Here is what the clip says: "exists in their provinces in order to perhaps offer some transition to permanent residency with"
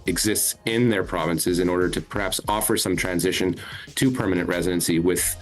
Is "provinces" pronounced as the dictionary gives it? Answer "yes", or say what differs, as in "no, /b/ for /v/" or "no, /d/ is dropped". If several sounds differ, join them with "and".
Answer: yes